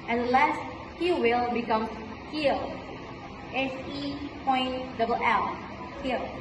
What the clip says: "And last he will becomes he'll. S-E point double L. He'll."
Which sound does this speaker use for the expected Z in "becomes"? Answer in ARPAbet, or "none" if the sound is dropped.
none